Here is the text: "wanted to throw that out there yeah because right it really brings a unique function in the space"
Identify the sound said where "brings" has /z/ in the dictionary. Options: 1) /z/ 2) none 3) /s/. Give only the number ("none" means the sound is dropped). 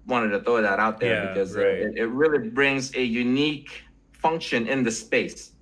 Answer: 1